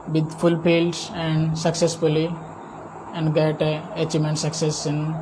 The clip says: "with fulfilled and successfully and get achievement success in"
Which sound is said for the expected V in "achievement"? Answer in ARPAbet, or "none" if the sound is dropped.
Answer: none